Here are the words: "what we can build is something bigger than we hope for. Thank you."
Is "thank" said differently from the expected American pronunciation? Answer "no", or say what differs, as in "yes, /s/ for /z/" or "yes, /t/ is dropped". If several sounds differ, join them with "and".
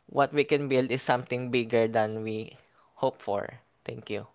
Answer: yes, /t/ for /θ/